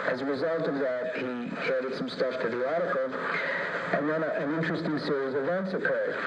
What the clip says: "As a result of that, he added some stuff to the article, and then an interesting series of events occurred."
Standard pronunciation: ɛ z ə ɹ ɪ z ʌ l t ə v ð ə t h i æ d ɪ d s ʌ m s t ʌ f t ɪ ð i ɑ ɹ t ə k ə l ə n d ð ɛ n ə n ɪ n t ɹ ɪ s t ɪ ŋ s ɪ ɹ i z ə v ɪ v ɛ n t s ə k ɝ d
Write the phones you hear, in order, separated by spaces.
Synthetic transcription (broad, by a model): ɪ z ə ɹ ɪ z ʌ l t ə v ð ə t h i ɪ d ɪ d s ʌ m s t ʌ f t ɪ ð i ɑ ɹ t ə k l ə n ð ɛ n ə n ɪ n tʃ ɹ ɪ s t ɪ ŋ s ɪ ɹ i z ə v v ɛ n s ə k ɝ